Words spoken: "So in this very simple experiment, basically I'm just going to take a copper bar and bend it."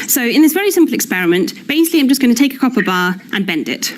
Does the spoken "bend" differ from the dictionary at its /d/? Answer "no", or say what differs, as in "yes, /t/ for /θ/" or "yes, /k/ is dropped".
no